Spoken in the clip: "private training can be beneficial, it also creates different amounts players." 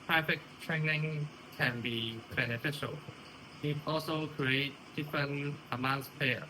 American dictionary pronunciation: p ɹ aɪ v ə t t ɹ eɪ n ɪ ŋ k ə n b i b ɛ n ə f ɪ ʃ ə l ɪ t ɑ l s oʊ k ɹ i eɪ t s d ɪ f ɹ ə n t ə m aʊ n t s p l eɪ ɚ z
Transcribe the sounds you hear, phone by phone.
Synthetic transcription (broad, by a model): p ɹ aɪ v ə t t ɹ eɪ n ɪ ŋ k ə n b i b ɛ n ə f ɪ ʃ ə l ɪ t ɑ l s oʊ k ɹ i eɪ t d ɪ f ɹ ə n t ə m aʊ n t s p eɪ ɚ